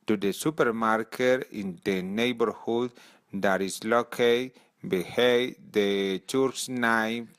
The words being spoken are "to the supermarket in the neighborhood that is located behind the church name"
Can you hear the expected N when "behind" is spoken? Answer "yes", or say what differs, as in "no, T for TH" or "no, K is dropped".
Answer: no, N is dropped